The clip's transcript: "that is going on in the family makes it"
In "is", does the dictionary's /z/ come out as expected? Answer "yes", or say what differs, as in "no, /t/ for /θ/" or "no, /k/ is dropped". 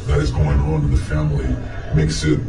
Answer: yes